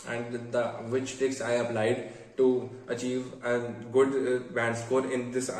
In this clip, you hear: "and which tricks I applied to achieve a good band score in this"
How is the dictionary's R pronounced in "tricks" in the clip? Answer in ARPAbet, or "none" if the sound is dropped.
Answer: none